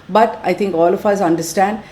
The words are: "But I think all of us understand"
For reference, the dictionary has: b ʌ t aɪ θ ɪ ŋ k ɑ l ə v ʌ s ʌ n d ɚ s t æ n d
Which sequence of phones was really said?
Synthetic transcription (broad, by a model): b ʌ t aɪ t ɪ ŋ k ɑ l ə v ʌ s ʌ n d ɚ s t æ n d